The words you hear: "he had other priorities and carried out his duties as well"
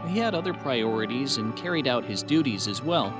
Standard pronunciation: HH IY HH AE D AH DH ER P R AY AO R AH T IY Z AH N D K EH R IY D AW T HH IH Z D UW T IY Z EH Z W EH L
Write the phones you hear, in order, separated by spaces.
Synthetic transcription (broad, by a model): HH IY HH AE D AH DH ER P R AY AO R AH T IY Z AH N K EH R IY D AW T HH IH Z D UW T IY Z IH Z W EH L